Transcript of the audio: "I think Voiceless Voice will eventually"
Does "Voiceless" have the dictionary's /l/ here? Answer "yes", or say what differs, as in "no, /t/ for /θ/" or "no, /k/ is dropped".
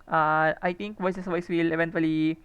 no, /l/ is dropped